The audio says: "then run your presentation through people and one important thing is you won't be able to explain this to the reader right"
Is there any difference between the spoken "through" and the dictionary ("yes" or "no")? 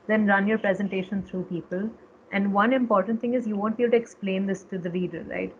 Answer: yes